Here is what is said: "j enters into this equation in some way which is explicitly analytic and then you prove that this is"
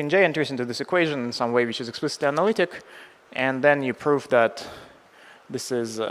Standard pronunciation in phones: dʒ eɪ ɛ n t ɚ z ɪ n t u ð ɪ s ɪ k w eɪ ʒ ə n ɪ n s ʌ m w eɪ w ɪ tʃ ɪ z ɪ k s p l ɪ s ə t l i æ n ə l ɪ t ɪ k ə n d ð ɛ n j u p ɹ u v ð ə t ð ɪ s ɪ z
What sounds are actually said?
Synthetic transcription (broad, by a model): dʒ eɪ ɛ n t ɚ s ɪ n t u ð ɪ s ɪ k w eɪ ʒ ə n ɪ n s ʌ m w eɪ w ɪ tʃ ɪ z ɪ k s p l ɪ s ə t l i æ n ə l ɪ t ɪ k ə n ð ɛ n j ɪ p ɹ u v ð ə t ð ɪ s ɪ z